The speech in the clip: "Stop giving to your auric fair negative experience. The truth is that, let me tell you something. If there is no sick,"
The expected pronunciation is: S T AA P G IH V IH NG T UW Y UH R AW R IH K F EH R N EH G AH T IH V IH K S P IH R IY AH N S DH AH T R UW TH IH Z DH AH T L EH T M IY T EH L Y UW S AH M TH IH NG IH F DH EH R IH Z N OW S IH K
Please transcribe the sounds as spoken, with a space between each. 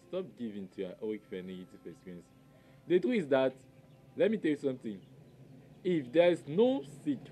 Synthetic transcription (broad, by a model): S T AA P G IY V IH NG T UW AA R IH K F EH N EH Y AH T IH F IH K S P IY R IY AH N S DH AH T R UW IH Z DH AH T L EH T M IY T EH L Y UW S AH M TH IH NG IH F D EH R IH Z N OW S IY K